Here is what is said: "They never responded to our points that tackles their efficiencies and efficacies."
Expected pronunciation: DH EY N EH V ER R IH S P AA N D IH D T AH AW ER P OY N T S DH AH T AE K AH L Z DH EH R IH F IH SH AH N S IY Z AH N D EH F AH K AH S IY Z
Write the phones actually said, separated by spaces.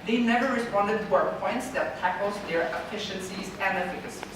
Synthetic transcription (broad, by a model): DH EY N EH V ER R IH S P AA N D IH D T AH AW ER P OY N T S DH AH T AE K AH L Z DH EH R IH F IH SH AH N S IY Z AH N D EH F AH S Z